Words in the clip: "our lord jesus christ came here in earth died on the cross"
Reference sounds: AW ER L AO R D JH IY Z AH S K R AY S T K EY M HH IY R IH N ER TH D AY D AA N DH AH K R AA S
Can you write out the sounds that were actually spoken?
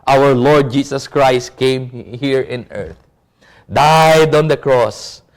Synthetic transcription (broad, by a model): AW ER L AO R D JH IY S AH S K R AY S T K EY M HH IY R IH N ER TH D AY D AA N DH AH K R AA S